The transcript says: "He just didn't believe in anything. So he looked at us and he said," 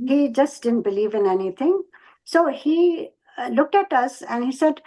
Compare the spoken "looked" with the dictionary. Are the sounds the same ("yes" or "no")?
yes